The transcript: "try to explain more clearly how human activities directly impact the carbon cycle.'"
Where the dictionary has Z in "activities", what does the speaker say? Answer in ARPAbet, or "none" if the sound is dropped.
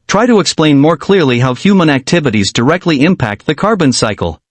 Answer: Z